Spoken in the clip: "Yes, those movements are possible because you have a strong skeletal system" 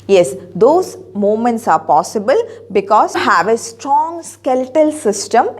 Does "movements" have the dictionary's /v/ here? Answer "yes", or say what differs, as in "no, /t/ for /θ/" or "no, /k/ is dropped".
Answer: no, /v/ is dropped